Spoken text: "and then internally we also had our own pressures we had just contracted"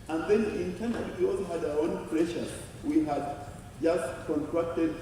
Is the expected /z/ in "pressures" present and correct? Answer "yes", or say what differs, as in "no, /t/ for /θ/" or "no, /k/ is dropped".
no, /z/ is dropped